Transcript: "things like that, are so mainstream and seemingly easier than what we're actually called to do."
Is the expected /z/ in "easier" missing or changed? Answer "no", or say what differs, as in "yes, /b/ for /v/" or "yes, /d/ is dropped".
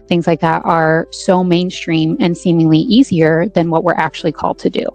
no